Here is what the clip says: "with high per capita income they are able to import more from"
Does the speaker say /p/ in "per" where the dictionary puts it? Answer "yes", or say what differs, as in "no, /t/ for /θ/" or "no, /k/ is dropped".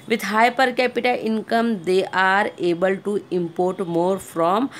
yes